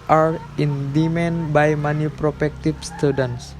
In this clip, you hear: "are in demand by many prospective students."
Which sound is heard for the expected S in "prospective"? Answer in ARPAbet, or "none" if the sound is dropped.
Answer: none